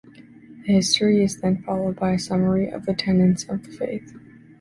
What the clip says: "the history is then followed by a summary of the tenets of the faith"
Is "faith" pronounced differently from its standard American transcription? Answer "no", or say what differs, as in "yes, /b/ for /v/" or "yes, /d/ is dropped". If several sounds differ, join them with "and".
no